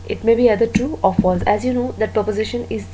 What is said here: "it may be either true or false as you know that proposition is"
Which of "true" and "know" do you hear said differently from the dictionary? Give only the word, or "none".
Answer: true